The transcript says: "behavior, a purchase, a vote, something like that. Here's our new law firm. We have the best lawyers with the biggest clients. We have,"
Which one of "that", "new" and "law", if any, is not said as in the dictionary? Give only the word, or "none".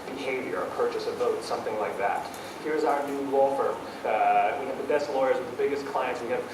law